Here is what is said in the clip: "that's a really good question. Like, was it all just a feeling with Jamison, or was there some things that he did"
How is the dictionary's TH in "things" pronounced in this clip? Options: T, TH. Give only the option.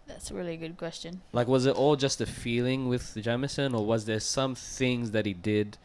TH